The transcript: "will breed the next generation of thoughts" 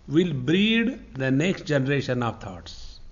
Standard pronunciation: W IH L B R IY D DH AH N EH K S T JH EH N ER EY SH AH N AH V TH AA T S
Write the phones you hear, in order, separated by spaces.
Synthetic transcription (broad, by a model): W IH L B R IY D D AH N EH K S T JH EH N ER EY SH AH N AH V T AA T S